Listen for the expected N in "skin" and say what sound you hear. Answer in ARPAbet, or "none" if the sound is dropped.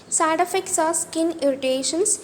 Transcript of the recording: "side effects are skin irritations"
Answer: N